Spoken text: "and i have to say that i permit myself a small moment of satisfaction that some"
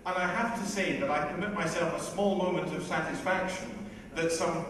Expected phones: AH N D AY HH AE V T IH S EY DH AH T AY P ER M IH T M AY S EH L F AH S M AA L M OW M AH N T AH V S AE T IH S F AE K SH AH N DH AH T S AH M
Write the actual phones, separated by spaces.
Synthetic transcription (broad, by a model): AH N AY HH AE F T IH S EY DH AH T AY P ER M IH T M AY S EH L F AH S M AA L M OW M AH N T AH V S AE T IH S F AE K SH AH N DH AH T S AH M